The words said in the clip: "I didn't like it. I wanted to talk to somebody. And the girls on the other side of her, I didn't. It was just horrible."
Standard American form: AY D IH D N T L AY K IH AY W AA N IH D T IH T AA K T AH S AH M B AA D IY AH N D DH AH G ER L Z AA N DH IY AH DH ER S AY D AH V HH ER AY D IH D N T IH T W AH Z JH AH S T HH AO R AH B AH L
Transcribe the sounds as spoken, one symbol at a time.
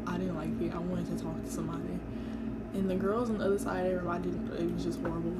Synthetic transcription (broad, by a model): AY D IH D N T L AY K IH AY W AA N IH D T IH T AA K T AH S AH M B AA D IY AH N DH AH G ER L Z N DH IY AH DH ER S AY D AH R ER AY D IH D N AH IH T W AH Z JH AH S T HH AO R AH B L